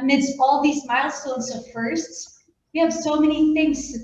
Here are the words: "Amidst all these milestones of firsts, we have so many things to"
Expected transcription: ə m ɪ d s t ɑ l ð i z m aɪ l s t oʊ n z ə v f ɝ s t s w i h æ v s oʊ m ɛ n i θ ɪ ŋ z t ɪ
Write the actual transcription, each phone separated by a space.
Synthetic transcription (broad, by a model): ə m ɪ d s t ɑ l ð i z m aɪ l s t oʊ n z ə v f ɝ s t s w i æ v s oʊ m ɛ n i θ ɪ ŋ z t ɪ